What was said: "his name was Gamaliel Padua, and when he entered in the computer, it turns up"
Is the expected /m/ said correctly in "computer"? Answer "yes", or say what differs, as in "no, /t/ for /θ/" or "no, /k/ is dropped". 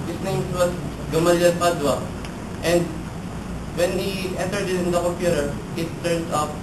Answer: no, /m/ is dropped